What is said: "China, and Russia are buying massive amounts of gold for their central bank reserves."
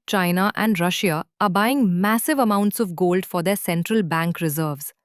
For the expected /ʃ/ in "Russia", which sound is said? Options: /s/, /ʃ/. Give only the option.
/ʃ/